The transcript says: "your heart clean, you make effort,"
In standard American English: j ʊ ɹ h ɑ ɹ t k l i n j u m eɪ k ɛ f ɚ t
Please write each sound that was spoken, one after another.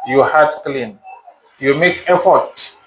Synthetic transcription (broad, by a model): j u h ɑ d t k l i n j u m eɪ k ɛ f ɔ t